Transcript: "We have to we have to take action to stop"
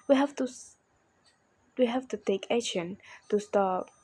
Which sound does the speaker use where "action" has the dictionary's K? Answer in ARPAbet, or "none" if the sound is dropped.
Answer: none